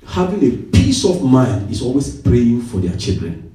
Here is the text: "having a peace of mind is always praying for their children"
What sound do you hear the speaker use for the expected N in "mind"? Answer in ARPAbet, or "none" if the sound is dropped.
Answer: N